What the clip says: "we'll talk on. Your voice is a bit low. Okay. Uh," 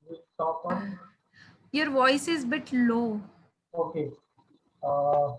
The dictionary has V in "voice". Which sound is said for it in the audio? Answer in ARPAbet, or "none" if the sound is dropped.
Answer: V